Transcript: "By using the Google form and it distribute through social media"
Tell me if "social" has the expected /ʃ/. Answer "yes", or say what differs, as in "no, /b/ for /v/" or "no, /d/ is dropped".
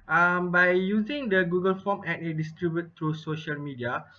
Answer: yes